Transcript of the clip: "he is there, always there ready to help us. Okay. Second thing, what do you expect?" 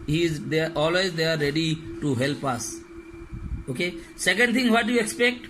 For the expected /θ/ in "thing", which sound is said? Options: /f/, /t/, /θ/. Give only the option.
/t/